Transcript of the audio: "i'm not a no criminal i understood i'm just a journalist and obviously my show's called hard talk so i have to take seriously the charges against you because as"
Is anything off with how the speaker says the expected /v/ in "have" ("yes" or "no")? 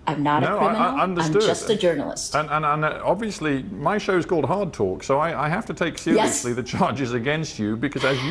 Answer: yes